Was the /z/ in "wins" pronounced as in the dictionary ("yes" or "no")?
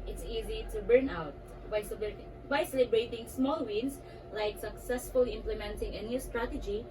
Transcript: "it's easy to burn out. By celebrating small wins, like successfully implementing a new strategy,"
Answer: no